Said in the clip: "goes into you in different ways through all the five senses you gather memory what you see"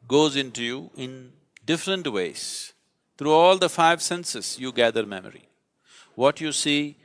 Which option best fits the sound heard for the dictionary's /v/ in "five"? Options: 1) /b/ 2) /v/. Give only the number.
2